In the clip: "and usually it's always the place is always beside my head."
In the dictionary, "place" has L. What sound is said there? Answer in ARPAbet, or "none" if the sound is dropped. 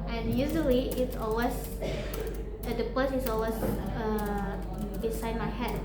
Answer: none